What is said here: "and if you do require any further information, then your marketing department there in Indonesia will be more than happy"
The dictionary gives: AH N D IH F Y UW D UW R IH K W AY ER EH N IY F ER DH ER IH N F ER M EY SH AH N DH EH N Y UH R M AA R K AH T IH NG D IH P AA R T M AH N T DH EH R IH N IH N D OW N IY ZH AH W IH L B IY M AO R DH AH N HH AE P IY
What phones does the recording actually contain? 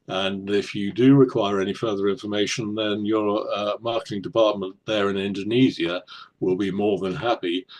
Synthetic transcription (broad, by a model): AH N IH F Y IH D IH R IH K W AY ER EH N IY F ER DH ER IH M F ER M EY SH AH N DH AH N Y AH R M AA R K AH T IH NG D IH P AA R T M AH N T DH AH R IH N IH N D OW N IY Z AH W IH L B IY M AO R DH AH N HH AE P IY